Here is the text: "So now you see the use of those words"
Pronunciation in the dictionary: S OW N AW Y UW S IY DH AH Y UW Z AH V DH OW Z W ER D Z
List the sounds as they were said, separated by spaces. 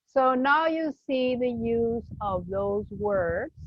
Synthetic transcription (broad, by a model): S OW N AW Y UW S IY DH AH Y UW Z AH V DH OW Z W ER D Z